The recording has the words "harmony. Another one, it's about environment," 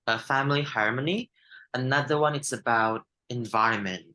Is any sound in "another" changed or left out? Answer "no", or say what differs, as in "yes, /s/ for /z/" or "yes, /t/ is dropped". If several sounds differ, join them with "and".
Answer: no